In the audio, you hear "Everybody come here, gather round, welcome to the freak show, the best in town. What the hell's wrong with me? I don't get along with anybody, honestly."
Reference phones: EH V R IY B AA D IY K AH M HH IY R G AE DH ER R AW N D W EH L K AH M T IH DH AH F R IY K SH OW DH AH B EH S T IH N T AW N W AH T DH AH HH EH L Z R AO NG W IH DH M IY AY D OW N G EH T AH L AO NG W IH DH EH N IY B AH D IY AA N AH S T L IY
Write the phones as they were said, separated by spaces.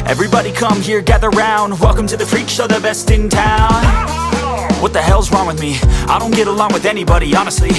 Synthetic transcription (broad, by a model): EH V R IY B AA D IY K AH M HH IY R G AE DH ER R AW N D W EH L K AH M T IH DH AH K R IY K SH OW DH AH B EH S T IH N T AW N W AH T DH AH HH EH L Z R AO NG W IH DH M IY AY D OW N G EH T AH L AO NG W IH DH EH N IY B AH D IY AA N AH S T L IY